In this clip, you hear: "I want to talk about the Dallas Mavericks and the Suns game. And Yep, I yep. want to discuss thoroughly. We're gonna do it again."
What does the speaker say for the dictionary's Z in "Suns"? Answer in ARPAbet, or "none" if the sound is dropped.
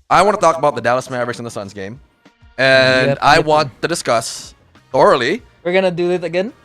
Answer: Z